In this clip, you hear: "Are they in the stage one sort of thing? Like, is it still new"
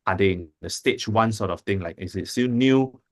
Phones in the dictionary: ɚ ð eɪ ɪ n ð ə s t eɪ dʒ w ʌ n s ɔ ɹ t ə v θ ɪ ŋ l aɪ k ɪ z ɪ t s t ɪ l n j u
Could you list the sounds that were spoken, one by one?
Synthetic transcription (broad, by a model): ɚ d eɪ ɪ n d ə s t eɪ tʃ w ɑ n s ɔ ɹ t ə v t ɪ ŋ l aɪ k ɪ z ɪ t s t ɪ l n j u